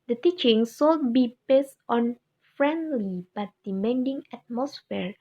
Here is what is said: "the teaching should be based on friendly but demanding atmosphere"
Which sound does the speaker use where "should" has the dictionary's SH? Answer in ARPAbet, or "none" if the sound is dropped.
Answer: S